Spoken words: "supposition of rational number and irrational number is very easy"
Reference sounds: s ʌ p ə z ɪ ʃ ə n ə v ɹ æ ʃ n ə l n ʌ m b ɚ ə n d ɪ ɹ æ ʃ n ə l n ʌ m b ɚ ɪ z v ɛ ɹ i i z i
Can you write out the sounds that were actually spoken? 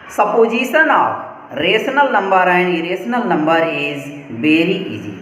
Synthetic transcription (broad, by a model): s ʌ p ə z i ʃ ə n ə ɹ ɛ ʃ n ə l n ʌ m b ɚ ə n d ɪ ɹ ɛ s n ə l n ʌ m b ɚ ɪ z b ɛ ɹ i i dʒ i